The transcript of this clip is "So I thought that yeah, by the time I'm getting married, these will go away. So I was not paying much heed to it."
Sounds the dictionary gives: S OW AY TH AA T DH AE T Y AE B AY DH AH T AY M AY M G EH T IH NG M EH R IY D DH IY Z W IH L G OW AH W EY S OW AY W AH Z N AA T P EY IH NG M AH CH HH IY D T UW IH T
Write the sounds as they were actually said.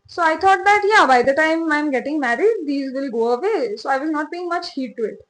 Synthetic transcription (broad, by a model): S OW AY T AA T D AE T Y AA B AY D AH T AY M AY M G EH T IH NG M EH R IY D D IY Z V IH L G OW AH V EY S OW AY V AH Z N AA T B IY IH NG M AH CH HH IY D T UW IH T